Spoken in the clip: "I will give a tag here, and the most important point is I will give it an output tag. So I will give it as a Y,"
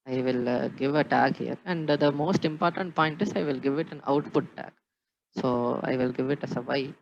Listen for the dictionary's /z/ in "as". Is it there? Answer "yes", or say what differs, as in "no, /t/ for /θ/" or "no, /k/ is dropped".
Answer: no, /s/ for /z/